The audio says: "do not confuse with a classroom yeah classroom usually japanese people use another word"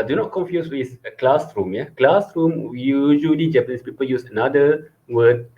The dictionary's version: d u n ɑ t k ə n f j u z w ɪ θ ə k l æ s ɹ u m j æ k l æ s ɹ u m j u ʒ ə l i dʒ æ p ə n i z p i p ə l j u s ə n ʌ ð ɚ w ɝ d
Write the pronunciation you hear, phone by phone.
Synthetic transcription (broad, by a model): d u n ɑ t k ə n f j u s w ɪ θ ə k l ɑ s ɹ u m j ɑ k l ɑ s ɹ u m j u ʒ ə l i dʒ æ p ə n i s p i p ə l j u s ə n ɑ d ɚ w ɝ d